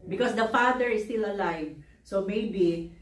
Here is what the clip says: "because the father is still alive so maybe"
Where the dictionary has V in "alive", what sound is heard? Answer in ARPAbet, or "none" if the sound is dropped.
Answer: V